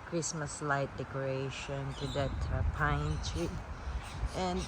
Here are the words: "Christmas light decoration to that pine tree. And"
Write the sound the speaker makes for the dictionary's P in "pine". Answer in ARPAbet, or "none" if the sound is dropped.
P